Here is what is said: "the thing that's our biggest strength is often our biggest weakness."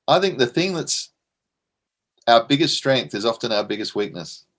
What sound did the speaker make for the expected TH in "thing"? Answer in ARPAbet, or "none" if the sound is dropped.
TH